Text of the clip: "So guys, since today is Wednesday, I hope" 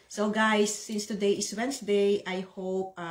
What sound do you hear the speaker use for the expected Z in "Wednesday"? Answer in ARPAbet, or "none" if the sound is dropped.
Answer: S